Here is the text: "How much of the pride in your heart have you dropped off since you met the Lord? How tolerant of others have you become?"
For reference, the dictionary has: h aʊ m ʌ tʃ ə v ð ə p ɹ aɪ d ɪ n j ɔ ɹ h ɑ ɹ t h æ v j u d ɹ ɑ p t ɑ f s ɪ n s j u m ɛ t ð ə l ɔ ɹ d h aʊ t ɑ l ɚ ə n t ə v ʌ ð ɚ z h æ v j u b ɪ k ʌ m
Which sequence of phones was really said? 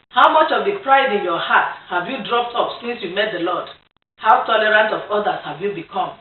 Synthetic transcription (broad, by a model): h aʊ m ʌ tʃ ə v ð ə p ɹ aɪ d ɪ n j ɔ h ɑ t h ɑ v j u d ɹ ɑ p t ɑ p s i n s j u m ɛ t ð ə l ɔ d h aʊ t ɑ l ɚ ə n t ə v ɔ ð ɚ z h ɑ v j u b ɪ k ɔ m